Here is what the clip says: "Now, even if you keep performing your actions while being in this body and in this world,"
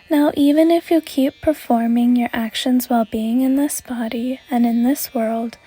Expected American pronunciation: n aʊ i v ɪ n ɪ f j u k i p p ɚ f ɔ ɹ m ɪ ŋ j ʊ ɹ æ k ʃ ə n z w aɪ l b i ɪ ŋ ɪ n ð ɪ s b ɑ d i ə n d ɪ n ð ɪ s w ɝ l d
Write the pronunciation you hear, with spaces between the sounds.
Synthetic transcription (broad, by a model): n aʊ i v ɪ n ɪ f j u k i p p ɚ f ɔ ɹ m ɪ ŋ j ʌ ɹ æ k ʃ ə n z w aɪ l b i ɪ ŋ ɪ n ð ɪ s b ɑ d i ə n ɪ n ð ɪ s w ɝ l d